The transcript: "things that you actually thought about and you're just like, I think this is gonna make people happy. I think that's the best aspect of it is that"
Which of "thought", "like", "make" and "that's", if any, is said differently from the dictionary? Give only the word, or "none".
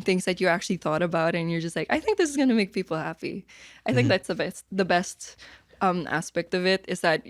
none